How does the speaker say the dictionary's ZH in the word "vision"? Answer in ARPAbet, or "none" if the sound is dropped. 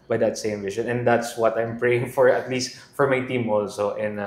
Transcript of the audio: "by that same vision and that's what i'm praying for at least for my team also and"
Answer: SH